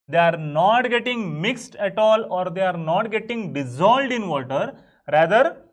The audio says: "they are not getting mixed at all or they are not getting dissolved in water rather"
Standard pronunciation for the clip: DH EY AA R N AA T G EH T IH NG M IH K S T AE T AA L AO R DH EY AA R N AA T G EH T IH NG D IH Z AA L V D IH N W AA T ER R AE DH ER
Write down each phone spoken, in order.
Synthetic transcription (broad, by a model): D EY AA R N AA T G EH T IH NG M IH K S T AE T AA L AO R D EY AA R N AA T G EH T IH NG D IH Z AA L D IH N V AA T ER R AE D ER